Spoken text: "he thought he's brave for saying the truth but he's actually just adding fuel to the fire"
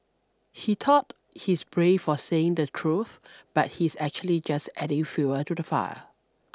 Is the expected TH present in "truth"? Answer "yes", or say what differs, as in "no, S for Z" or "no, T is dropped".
yes